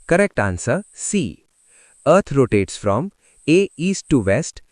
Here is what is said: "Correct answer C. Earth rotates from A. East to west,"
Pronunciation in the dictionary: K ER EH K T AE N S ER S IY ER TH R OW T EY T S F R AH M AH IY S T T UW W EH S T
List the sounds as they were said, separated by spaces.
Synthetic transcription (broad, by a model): K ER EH K T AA N S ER S IY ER T R OW T EY T S F R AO M AH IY S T T UW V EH S T